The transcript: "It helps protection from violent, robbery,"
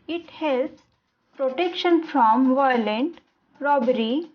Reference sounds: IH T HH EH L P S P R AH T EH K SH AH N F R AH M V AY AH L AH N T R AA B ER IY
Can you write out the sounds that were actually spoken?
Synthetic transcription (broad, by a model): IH T HH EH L S P R AH T EH K SH AH N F R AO M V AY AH L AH N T R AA B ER IY